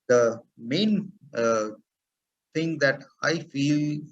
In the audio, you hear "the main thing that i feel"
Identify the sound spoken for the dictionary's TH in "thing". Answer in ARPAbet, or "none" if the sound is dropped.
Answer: T